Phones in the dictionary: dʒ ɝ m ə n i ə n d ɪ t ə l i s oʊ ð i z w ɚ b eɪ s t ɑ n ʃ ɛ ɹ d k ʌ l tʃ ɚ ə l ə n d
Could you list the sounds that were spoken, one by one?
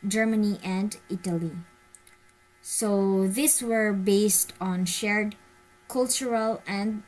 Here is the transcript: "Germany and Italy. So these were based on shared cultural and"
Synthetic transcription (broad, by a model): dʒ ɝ m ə n i ə n d ɪ t ə l i s oʊ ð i s w ɚ b eɪ s t ɑ n ʃ ɛ ɹ d k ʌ l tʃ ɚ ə l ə n d